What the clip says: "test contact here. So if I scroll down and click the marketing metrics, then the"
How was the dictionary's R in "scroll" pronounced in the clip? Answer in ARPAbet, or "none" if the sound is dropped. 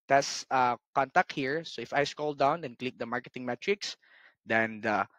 none